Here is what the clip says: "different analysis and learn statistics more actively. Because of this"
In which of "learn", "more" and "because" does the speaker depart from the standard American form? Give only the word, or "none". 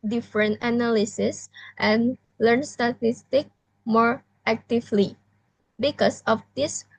because